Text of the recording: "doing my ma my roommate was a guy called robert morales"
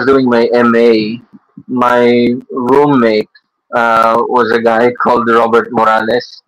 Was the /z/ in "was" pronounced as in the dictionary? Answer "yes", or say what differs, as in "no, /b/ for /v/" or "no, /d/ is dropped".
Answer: yes